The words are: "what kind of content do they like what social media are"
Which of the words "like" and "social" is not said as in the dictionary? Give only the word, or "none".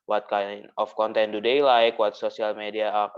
social